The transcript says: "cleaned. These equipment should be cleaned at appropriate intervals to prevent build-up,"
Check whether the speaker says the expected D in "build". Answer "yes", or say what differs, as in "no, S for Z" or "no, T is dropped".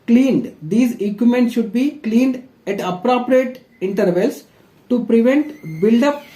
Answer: yes